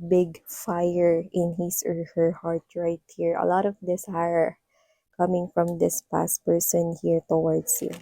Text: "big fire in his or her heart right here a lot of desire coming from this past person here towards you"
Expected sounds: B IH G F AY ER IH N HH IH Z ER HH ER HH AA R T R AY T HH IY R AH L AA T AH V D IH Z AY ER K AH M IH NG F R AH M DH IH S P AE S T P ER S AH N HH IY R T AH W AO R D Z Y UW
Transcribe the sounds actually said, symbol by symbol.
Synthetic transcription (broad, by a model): B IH G F AY ER IH N HH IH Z ER HH ER HH AA R T R AY T HH IY R AH L AA T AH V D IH S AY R K AH M IH NG F R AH M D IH S P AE S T P ER S AH N HH IY R T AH W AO R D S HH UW